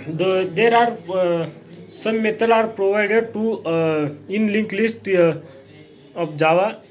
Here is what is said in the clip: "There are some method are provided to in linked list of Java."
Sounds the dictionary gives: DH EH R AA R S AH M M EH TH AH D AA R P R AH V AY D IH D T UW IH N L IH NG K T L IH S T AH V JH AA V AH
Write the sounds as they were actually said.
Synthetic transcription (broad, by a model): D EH R AA R S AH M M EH T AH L AA R P R AH V AY D IH D T UW IH N L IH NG K L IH S T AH P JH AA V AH